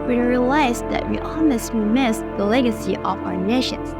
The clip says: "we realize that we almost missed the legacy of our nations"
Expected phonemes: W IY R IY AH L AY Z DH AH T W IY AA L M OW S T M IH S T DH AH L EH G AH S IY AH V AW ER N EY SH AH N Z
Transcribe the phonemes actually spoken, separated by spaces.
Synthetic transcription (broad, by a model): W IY R IY AH L AY Z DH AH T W IY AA M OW S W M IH S DH AH L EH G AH S IY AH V AW ER N EY SH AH N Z